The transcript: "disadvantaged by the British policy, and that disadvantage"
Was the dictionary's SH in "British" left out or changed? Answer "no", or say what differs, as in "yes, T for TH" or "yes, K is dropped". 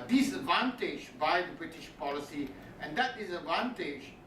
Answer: no